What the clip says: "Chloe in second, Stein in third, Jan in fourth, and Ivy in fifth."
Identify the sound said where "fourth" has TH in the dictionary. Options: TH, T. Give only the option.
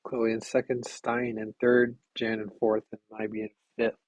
TH